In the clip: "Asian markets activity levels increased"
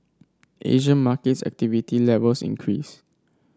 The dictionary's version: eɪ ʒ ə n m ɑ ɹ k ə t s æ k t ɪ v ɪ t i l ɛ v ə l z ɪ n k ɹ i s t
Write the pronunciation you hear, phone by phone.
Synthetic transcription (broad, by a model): eɪ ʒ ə n m ɑ k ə t s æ k t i v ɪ t i l ɛ v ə l s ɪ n k ɹ i s